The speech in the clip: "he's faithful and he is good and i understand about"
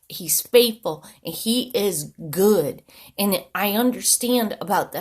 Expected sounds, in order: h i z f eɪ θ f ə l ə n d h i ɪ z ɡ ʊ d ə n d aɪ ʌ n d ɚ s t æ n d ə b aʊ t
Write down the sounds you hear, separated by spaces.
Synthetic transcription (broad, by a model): h i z f eɪ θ f l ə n i ɪ z ɡ ʊ d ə n aɪ ʌ n d ɚ s t æ n d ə b aʊ t